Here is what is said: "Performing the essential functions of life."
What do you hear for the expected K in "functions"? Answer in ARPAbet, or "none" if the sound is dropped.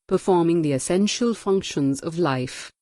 K